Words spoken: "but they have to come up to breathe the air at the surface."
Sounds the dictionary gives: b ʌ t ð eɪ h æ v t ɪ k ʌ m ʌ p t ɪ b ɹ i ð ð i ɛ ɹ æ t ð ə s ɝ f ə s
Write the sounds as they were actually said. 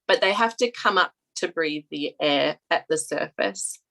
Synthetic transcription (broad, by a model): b ʌ t ð eɪ h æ f t ɪ k ʌ m ʌ p t ɪ b ɹ i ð ð i ɛ ɹ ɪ t ð ə s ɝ f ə s